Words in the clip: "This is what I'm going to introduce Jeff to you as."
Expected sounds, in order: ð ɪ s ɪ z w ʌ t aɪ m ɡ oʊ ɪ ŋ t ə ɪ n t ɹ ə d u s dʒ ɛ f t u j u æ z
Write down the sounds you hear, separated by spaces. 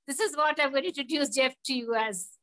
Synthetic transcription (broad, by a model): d ɪ s ɪ z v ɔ t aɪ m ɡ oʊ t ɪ t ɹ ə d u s dʒ ɛ f t u j u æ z